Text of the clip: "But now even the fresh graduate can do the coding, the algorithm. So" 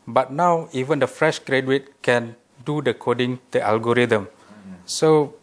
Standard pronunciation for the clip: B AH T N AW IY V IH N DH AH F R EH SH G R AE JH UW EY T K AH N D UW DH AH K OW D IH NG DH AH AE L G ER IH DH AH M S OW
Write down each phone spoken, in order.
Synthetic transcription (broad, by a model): B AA T N AW IY V IH N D AH F R EH SH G R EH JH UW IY T K AH N D UW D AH K OW D IH NG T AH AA L G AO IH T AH M S OW